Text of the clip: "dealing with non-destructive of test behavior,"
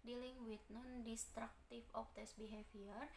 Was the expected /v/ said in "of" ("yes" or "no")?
no